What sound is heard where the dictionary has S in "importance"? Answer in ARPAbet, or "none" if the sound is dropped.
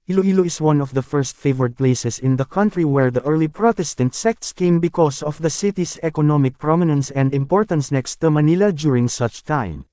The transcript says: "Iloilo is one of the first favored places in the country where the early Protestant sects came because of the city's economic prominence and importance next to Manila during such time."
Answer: S